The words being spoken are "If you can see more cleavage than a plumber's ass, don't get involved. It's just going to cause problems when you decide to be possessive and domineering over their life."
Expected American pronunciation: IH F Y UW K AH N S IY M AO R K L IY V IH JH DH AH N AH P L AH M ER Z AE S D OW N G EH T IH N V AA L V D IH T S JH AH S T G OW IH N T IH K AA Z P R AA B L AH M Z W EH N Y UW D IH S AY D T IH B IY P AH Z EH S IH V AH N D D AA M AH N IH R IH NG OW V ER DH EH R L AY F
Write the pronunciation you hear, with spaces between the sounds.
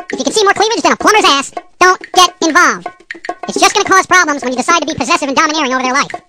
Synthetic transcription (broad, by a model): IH F Y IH K AH N S IY M AO R K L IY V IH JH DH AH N AH P L AH M ER Z AE S D OW N G EH T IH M V AA L V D IH T S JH AH S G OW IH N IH K AA Z P R AA B L AH M Z W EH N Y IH D IH S AY D T IH B IY P AH Z EH S IH V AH N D D AA M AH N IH R IH NG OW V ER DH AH R L AY F